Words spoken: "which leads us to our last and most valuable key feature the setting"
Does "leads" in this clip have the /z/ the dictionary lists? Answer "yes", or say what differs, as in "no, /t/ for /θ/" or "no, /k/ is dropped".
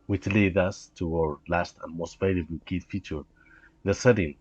no, /z/ is dropped